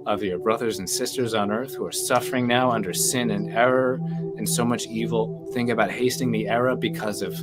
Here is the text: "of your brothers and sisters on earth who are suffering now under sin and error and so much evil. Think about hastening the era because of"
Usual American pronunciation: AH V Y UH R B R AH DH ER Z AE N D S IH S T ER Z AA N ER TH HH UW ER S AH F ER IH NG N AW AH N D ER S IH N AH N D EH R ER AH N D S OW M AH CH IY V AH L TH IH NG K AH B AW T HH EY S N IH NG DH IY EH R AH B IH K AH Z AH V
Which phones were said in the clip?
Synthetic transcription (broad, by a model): AH V Y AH R B R AH DH ER Z N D S IH S T ER Z N ER TH HH UW ER S AH F ER IH NG N AW AH N D ER S IH N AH N EH R ER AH N S OW M AH CH IY V L TH IH NG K AH B AW T HH EY S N IH NG DH IY EH R AH B IH K AH Z AH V